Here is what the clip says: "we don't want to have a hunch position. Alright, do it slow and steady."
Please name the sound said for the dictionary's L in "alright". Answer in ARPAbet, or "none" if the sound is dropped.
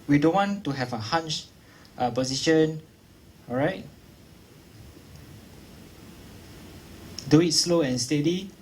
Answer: none